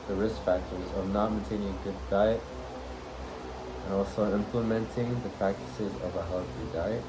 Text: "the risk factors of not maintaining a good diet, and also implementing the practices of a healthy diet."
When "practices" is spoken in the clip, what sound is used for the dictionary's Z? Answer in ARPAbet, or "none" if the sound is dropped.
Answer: Z